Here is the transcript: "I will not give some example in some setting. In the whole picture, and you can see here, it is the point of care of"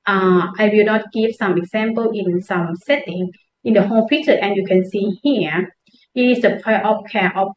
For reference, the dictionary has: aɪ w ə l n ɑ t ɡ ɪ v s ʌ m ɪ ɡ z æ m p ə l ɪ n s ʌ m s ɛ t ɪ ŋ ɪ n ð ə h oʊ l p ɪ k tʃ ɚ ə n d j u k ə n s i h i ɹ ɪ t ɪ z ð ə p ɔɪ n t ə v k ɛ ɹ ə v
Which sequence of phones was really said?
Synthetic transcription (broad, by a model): aɪ w ə l n ɑ t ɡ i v s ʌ m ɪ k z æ m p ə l ɪ n s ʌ m s ɛ t ɪ ŋ ɪ n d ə h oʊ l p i tʃ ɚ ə n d j u k ə n s i h i ɪ t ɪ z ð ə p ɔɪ t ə p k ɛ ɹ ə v